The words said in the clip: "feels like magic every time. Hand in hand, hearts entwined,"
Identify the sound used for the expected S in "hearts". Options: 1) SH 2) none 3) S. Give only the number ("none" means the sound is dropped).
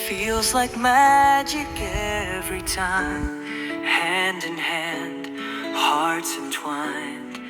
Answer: 2